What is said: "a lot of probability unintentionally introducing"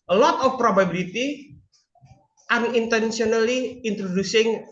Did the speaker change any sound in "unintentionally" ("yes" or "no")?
yes